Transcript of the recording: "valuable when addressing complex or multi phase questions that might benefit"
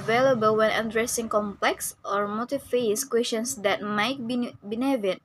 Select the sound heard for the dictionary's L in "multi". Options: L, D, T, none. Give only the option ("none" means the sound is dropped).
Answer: none